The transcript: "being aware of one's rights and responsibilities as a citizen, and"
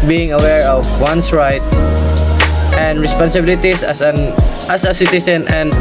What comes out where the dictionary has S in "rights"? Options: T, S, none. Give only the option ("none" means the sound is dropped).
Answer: none